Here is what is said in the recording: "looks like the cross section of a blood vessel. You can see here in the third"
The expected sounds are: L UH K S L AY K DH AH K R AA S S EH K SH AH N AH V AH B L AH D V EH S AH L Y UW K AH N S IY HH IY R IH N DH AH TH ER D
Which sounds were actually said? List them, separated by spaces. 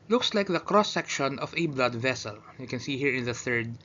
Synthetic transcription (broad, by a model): L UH K S L AY K DH AH K R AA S S EH K SH AH N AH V AH B L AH D V EH S AH L Y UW K AH N S IY HH IY R IH N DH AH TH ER D